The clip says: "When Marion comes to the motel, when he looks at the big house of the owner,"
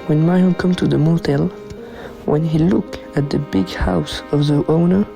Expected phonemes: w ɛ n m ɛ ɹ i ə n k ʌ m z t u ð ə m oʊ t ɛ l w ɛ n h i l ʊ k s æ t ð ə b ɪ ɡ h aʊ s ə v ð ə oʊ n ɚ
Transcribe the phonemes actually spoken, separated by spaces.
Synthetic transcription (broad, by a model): w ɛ n m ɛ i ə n k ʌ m t u ð ə m oʊ t ɛ l w ɛ n h i l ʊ k æ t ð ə b ɪ ɡ h aʊ s ə v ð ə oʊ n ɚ